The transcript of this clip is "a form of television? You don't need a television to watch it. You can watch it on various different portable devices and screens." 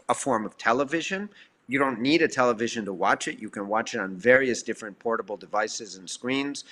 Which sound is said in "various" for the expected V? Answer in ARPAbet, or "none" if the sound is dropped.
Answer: V